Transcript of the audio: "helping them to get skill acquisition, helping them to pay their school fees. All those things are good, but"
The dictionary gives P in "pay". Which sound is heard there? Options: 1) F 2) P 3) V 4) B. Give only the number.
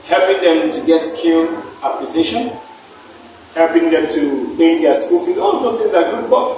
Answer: 4